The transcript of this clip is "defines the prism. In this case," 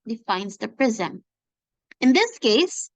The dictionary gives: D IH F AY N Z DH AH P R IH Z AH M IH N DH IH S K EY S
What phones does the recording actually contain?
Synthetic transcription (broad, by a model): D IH F AY N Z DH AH P R IH Z AH M IH N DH IH S K EY S